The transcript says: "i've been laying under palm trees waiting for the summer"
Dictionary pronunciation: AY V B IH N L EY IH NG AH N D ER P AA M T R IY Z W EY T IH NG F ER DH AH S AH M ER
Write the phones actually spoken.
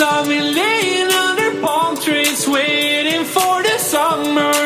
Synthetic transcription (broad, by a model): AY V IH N L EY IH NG AH N D ER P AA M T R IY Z W EY T IH NG F ER DH AH S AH M ER